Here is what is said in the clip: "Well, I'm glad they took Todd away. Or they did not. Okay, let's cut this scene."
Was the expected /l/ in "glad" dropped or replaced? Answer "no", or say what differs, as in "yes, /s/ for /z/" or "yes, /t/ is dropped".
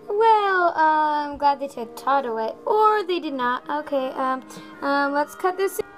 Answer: no